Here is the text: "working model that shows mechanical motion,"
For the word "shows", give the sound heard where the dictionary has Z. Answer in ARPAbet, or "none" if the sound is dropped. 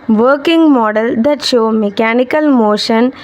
none